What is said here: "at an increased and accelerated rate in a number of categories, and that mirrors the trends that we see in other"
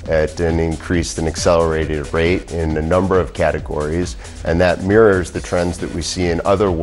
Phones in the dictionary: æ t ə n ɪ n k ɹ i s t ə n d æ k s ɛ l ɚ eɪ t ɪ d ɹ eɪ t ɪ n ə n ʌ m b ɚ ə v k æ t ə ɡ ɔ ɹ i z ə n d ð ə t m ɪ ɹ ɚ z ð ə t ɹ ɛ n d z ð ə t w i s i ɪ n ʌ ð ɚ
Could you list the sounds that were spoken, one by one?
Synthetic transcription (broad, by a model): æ t ə n ɪ n k ɹ i s t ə n æ k s ɛ l ɚ eɪ t ɪ d ɹ eɪ t ɪ n ə n ʌ m b ɚ ə v k æ t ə ɡ ɔ ɹ i z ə n ð ə t m ɪ ɹ ɚ z ð ə t ɹ ɛ n d z ð ə t w i s i ɪ n ʌ ð ɚ